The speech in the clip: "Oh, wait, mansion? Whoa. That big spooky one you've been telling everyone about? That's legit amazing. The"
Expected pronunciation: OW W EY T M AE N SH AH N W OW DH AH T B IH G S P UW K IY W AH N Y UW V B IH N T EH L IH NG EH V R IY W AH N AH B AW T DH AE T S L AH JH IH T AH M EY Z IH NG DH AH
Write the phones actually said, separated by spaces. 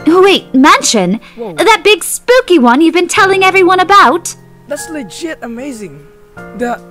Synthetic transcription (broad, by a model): W EY T M AE N SH AH N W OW DH AH T B IH G S P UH K IY W AH N Y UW V B IH N T EH L IH NG EH V R IY W AH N AH B AW T DH AE T S L AH JH IH T AH M EY Z IH NG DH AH